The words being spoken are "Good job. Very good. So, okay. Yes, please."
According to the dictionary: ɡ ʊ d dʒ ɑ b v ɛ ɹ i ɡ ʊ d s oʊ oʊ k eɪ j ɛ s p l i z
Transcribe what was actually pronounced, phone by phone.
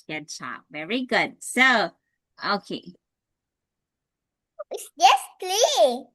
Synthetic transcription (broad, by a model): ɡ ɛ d tʃ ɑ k v ɛ ɹ i ɡ ʊ d s oʊ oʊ k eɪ j ɛ s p l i